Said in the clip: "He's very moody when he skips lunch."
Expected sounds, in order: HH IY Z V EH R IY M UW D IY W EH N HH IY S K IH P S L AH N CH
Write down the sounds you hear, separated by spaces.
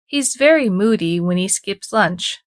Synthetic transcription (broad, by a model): HH IY Z V EH R IY M UW D IY W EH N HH IY S K IH P S L AH N CH